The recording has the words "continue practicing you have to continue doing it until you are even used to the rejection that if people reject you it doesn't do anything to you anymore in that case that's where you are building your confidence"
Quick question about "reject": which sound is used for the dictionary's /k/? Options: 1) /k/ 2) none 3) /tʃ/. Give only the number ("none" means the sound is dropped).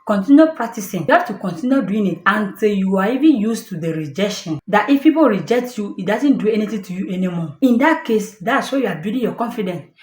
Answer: 1